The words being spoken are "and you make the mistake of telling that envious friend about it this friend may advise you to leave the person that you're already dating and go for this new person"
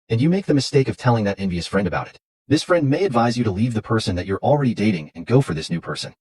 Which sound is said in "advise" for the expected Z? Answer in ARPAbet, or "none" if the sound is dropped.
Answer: Z